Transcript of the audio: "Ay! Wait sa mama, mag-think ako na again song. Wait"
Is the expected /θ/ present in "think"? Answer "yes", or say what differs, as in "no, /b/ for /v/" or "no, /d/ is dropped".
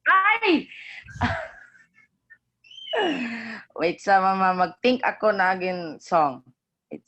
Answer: no, /t/ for /θ/